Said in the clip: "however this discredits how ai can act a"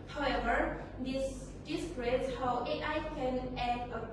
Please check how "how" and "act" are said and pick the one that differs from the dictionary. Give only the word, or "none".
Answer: act